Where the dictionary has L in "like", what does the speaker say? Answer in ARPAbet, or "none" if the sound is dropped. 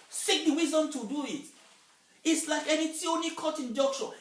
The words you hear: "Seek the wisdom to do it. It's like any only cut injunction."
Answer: L